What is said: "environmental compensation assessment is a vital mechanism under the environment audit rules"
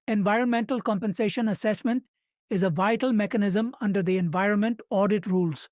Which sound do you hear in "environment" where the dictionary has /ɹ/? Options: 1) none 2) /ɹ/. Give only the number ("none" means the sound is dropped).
2